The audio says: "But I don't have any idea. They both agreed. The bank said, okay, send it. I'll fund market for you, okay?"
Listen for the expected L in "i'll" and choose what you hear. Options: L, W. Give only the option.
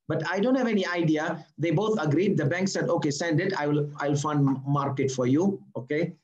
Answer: L